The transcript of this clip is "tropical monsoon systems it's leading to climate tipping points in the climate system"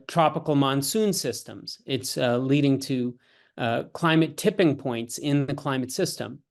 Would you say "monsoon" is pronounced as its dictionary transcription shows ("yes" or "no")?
yes